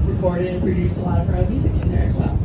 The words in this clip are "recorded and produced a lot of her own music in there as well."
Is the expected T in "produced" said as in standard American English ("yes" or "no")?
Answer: yes